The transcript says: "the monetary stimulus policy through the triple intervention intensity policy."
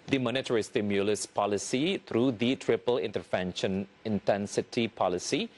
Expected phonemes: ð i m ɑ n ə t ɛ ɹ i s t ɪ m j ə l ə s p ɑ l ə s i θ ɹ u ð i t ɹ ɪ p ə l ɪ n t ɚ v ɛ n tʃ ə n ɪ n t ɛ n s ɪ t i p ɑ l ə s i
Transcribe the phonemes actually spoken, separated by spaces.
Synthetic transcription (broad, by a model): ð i m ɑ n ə t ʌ ɹ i s t ɪ m j ə l ə s p ɑ l ə s i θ ɹ u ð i t ɹ ɪ p ə l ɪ n t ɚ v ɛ n ʃ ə n ɪ n t ɛ n s ɪ t i p ɑ l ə s i